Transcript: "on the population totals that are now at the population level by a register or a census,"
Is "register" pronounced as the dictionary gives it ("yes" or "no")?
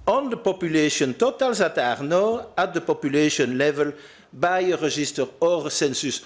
no